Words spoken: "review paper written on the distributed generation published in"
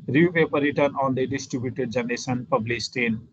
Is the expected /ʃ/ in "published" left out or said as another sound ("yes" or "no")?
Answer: yes